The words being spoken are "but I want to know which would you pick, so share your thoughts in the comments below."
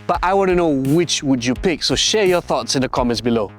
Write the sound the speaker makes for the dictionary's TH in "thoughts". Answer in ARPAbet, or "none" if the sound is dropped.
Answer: TH